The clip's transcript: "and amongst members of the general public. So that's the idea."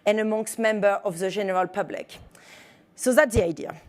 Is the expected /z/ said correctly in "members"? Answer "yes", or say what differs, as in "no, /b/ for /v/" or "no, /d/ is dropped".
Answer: no, /z/ is dropped